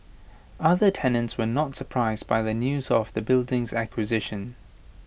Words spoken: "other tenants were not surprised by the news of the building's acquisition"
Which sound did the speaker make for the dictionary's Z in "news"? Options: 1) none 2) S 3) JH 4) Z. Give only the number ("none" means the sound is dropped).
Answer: 4